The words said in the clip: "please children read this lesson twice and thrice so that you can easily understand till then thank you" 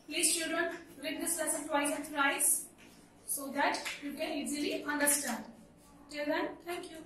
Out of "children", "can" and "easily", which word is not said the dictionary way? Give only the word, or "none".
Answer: children